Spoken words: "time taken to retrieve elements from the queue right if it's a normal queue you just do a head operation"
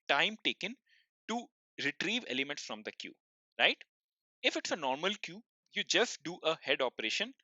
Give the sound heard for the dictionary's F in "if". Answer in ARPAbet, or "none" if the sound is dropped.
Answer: F